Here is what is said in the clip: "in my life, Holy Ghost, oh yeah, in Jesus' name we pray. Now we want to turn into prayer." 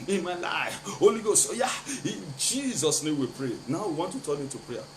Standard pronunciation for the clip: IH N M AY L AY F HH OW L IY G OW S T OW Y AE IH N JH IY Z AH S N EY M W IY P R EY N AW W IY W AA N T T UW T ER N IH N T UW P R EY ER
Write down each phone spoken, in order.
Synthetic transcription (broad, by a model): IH N M AY L AY F HH OW L IY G OW S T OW Y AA IH N JH IY Z AH S N EY M W IY P R EY N AW W IY W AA N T T UW T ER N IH T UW P R EY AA